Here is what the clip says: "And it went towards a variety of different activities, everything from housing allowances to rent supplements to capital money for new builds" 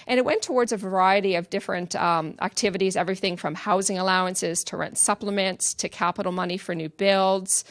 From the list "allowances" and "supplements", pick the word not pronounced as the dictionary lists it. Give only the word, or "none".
none